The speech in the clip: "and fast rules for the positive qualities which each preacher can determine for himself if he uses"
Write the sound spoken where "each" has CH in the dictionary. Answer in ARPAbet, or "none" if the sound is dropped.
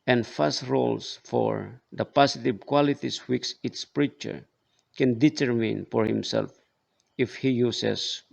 S